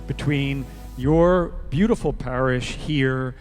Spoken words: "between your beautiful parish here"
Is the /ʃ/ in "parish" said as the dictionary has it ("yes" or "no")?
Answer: yes